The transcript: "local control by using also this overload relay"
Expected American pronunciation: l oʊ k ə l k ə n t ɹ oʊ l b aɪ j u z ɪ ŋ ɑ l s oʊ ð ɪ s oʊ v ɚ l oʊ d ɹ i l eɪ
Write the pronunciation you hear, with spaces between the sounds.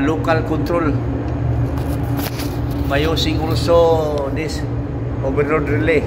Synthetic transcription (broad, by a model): l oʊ k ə l k ə n t ɹ oʊ l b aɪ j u s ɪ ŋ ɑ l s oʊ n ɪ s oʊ b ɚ n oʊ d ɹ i l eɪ